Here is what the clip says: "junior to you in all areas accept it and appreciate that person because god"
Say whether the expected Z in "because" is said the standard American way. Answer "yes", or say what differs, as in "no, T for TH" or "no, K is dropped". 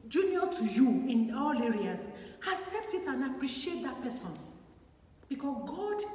no, Z is dropped